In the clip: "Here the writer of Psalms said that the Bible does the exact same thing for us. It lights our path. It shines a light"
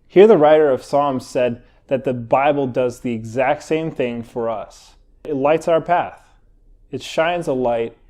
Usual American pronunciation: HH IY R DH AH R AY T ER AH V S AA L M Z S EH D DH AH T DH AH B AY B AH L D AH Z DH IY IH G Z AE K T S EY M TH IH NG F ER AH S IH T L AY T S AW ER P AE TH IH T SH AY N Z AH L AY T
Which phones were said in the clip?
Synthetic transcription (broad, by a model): HH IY R DH AH R AY T ER AH V S AA L M Z S EH D DH AH T DH AH B AY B L D AH Z DH IY IH G Z AE K T S EY M TH IH NG F ER AH S IH T L AY T S AW ER P AE TH IH T SH AY N Z AH L AY T